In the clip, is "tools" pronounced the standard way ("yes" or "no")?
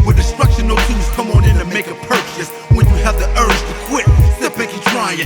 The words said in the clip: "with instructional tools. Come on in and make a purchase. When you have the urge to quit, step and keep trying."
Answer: no